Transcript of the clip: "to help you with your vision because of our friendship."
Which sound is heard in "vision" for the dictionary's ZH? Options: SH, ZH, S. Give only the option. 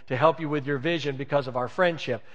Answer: ZH